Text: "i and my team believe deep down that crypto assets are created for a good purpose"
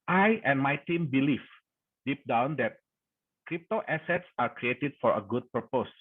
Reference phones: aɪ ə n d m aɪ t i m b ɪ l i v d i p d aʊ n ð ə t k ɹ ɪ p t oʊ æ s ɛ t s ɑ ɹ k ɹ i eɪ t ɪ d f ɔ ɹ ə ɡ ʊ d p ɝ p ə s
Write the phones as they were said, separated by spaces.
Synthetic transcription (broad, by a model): aɪ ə n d m aɪ t i m b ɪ l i f d i p d aʊ n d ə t k ɹ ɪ p t oʊ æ s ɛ t s ɑ ɹ k ɹ i eɪ t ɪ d f ɔ ɹ ə ɡ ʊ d p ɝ p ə s